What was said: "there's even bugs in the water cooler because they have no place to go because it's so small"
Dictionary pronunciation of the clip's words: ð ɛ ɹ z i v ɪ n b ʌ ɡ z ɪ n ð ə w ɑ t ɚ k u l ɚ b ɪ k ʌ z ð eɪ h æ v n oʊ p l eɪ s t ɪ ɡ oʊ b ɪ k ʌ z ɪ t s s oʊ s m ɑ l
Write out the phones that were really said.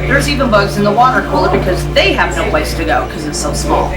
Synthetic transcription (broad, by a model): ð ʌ ɹ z i v ɪ n b ʌ ɡ z ɪ n ð ə w ɑ t ɚ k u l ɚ b ɪ k ʌ z ð eɪ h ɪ v n oʊ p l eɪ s t ɪ ɡ oʊ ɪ k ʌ z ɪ t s s oʊ s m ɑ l